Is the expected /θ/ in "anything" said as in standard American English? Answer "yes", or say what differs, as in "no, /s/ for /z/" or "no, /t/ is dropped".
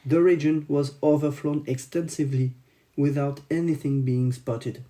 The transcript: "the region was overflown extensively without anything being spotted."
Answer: yes